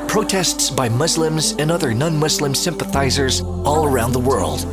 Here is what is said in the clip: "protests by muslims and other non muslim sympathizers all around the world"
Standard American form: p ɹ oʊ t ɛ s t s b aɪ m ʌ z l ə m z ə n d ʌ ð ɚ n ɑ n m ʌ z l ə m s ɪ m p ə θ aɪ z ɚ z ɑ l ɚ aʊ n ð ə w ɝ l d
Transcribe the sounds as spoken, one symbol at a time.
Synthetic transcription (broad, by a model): p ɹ oʊ t ɛ s t s b aɪ m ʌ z l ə m z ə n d ʌ ð ɚ n ɑ n m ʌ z l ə m s ɪ m p ə θ aɪ z ɚ z ɑ l ɚ aʊ n ð ə w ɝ l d